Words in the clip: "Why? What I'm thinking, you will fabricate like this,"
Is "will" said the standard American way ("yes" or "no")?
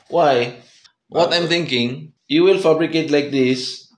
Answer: yes